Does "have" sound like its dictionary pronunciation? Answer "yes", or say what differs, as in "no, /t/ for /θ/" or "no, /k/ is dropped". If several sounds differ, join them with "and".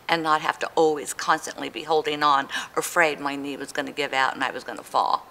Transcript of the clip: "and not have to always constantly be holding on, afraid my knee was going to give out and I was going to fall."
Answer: no, /f/ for /v/